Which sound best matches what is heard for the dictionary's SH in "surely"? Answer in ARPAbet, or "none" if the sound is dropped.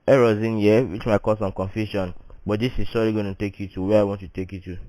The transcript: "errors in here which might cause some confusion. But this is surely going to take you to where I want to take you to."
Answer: S